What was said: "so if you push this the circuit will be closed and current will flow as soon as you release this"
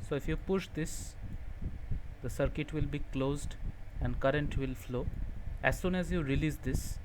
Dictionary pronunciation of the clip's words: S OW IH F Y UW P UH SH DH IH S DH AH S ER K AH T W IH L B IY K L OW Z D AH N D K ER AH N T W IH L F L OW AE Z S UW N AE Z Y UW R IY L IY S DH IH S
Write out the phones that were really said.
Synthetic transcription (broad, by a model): S OW IH F Y UW P UH SH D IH S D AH S ER K AH T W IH L B IY K L OW Z D AH N D K ER AH N T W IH L F L OW AE Z S UW N AE Z Y UW R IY L IY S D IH S